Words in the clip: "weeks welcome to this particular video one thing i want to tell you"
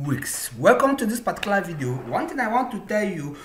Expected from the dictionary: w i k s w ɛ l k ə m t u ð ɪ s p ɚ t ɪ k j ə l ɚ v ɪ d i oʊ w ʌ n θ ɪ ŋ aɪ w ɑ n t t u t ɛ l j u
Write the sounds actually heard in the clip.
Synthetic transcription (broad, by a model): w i k s w ɛ l k ə m t u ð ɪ s p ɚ t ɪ k j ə l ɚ v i d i oʊ w ʌ n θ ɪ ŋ aɪ w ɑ n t t u t ɛ l j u